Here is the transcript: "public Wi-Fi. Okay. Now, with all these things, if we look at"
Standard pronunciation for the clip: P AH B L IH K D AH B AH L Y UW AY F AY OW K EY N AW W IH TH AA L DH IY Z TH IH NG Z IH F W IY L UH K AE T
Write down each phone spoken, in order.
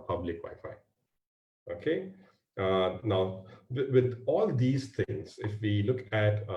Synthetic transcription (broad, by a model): P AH B L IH K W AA AH F AY OW K EY N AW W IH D AA L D IY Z T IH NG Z IH F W IY L UH K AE T